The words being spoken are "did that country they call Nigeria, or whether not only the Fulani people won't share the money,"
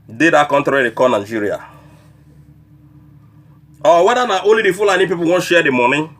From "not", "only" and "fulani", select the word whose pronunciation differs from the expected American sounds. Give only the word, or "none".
only